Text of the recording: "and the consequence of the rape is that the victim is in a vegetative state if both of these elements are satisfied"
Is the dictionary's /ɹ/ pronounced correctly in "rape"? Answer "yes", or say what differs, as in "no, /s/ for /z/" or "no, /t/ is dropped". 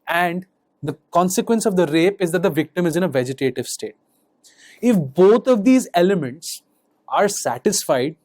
yes